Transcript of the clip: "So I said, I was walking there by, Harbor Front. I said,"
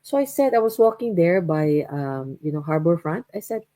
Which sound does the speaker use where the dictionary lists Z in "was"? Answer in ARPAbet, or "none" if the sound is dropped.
S